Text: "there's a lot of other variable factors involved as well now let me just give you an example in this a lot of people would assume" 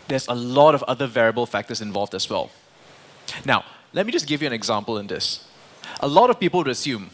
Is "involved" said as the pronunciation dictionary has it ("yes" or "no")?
yes